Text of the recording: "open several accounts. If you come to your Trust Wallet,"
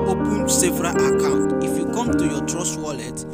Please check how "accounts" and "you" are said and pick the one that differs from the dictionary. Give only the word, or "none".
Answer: accounts